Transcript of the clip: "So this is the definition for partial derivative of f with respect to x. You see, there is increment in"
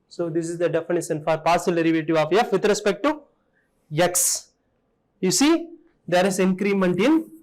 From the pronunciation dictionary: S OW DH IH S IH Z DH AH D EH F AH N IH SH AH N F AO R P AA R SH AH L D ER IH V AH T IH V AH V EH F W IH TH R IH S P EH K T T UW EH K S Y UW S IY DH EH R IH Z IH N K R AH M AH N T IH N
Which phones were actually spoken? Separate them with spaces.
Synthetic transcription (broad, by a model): S OW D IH S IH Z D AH D EH F AH N IH SH AH N F AO R P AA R S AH L D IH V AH T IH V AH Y EH F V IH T R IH S P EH K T T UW EH K S Y UW S IY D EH R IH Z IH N K R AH M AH N T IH N